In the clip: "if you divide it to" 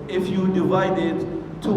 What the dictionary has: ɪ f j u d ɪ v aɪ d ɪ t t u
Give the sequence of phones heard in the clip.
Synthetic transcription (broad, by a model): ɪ f j u d ɪ v aɪ d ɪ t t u